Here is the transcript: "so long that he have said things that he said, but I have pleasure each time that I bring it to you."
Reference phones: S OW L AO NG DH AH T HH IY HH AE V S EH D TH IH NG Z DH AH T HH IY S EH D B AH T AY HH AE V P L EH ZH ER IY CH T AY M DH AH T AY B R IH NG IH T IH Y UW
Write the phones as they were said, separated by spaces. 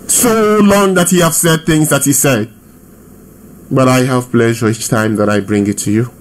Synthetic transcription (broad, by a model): S OW L AO NG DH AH T HH IY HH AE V S EH D TH IH NG Z DH AH T HH IY S EH D B AH T AY HH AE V P L EH ZH ER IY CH T AY M DH AH T AY B R IH NG IH T IH Y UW